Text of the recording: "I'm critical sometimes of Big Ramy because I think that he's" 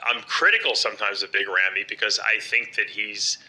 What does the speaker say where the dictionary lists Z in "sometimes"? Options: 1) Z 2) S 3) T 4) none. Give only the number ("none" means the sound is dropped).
1